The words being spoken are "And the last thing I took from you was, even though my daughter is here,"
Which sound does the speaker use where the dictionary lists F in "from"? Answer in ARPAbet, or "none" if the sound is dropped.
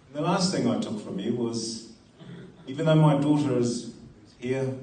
F